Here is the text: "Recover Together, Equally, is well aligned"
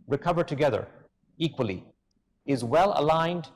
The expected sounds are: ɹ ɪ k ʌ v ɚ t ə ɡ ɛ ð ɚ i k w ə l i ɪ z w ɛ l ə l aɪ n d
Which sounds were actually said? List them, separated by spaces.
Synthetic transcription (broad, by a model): ɹ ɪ k ʌ v ɚ t ə ɡ ɛ ð ɚ i k w ə l i ɪ z w ɛ l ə l aɪ n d